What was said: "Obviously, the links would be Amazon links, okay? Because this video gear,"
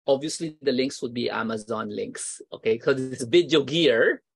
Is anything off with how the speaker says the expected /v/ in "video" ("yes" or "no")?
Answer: yes